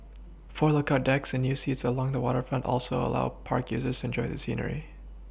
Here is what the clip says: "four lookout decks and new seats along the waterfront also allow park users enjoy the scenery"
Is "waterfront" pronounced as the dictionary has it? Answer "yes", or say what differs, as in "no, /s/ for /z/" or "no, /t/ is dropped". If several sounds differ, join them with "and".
yes